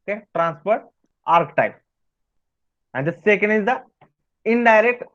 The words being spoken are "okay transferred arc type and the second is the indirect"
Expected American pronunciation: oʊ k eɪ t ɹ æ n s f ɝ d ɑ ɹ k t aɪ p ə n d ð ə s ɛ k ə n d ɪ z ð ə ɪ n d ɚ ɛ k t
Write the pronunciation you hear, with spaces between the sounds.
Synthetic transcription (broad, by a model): k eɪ t ɹ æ n s p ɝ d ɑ ɹ k t aɪ p ə n d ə s ɛ k ə n d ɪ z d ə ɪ n d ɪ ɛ k t